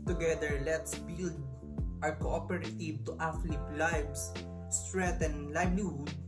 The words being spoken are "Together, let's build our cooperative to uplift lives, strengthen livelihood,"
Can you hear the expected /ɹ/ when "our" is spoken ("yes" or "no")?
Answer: yes